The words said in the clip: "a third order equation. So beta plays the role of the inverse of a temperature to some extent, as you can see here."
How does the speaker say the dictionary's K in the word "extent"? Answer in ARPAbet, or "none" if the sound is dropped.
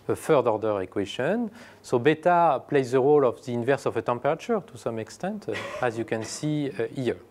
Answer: K